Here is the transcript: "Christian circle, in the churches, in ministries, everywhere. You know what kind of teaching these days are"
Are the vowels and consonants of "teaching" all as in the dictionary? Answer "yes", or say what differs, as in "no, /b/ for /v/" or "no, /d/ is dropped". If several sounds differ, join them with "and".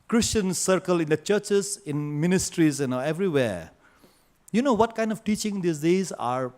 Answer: yes